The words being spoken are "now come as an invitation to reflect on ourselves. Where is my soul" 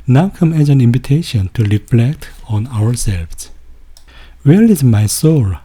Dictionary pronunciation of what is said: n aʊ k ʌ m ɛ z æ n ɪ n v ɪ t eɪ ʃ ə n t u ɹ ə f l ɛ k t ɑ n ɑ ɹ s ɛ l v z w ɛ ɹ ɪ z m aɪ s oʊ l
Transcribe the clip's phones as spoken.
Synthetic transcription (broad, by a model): n aʊ k ʌ m ɛ z æ n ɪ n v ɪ t eɪ ʃ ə n t u ɹ ə f l ɛ k t ɑ n ɑ ɹ s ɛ l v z w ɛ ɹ ɪ z m aɪ s oʊ l